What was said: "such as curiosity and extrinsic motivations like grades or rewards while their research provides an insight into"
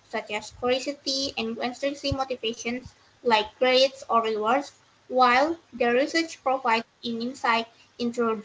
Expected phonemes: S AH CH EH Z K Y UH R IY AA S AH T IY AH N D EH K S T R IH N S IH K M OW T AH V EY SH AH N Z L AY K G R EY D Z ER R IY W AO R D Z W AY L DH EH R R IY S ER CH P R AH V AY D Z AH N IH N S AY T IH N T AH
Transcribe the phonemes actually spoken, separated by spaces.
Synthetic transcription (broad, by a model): S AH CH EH S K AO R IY S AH T IY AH N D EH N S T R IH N S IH M OW T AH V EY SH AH N S L AY K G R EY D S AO R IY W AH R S W AY L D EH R R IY S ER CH P R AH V AY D AH N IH N S AY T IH N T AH